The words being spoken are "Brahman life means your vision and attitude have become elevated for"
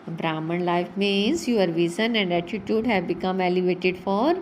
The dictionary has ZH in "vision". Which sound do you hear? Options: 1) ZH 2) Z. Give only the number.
2